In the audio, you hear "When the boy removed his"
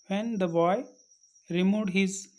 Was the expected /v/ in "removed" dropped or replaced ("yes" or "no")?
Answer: yes